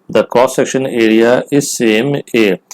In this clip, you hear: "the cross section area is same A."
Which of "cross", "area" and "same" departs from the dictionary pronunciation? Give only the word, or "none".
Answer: cross